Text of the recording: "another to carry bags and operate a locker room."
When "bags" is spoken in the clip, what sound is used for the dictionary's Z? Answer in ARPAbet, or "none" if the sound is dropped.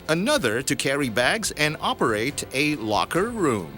Z